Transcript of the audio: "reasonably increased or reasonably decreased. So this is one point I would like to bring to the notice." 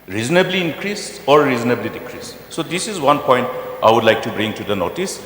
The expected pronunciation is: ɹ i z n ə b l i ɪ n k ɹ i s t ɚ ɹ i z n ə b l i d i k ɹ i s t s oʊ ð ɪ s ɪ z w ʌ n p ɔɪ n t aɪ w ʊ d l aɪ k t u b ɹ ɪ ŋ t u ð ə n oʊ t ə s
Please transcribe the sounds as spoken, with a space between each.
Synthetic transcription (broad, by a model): ɹ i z n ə b l i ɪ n k ɹ i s ɔ ɹ i z n ə b l i d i k ɹ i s s oʊ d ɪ s ɪ z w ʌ n p ɔɪ n t aɪ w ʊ d l aɪ k t u b ɹ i ŋ t u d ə n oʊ t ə s